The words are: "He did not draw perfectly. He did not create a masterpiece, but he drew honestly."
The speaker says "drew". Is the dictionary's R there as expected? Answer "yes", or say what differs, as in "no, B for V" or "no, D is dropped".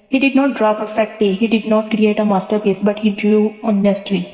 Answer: yes